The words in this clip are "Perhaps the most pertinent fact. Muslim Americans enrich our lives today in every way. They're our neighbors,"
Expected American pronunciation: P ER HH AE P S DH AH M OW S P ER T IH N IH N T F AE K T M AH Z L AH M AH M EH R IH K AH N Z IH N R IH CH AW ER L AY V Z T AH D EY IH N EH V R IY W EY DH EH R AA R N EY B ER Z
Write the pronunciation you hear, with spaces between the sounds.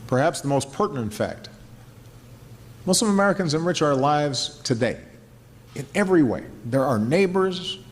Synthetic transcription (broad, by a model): P ER HH AE P S DH AH M OW S P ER T N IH N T F AE K T M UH S L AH M AH M EH R IH K AH N Z IH N R IH CH AW ER L AY V Z T AH D EY IH N EH V R IY W EY DH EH R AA R N EY B ER Z